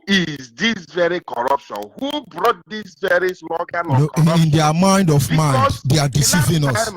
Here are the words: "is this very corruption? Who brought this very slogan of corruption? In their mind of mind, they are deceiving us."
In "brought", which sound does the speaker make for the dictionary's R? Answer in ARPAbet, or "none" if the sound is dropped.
R